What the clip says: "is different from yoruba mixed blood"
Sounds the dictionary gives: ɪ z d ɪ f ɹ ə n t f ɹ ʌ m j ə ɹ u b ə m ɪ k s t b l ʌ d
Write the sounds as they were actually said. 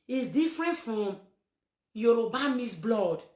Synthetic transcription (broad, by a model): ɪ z d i f ɹ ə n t f ɹ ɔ m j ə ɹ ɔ b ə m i s b l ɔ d